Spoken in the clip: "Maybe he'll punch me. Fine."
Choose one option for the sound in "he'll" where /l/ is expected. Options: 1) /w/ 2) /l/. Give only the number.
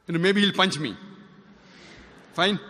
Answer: 2